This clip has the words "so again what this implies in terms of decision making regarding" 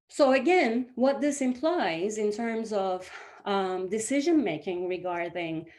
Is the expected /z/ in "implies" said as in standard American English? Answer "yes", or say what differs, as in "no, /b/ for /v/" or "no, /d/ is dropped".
yes